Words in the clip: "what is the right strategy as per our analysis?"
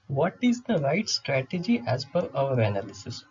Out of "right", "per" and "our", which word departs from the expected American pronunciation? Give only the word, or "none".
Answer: per